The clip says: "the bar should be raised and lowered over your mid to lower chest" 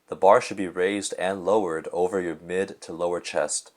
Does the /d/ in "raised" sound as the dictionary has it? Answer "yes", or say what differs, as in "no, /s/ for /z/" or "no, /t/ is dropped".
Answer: yes